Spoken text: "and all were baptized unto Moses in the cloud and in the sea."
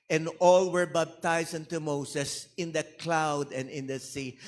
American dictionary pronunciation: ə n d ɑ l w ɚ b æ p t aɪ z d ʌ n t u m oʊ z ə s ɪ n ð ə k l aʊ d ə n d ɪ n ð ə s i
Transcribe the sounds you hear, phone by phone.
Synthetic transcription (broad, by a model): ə n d ɑ l w ɚ b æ b t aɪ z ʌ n t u m oʊ s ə s ɪ n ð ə k l aʊ d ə n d ɪ n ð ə s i